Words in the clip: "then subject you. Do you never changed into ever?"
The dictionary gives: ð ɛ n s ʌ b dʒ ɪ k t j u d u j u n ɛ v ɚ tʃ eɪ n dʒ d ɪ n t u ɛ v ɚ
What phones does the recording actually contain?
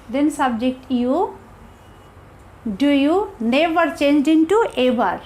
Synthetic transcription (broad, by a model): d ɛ n s ʌ b dʒ ɪ k t j u d u j u n ɛ v ɚ tʃ eɪ n dʒ d ɪ n t u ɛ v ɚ